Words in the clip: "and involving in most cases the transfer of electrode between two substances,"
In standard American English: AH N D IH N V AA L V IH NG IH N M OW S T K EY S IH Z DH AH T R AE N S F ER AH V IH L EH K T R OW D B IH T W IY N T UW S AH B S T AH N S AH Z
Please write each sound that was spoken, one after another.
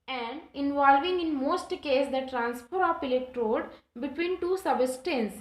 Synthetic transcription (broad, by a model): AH N D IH N V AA L V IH NG IH N M OW S T K EY S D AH T R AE N S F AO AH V IH L EH K T R OW D B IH T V IY N T UW S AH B S T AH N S